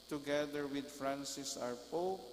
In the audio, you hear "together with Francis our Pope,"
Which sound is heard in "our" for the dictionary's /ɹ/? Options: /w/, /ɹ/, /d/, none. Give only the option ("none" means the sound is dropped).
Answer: /ɹ/